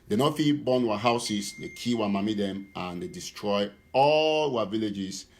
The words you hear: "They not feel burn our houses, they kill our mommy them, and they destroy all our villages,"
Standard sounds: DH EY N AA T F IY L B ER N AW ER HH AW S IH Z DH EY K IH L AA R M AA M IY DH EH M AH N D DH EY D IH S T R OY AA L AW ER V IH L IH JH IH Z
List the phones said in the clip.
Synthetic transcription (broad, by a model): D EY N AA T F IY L B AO N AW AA HH AW S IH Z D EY K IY W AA M AA M IY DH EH M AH N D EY D IH S T R OY AA L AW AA V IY L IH JH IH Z